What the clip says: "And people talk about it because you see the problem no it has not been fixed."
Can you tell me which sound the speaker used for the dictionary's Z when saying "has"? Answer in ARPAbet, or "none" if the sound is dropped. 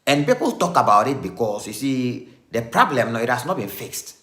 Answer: S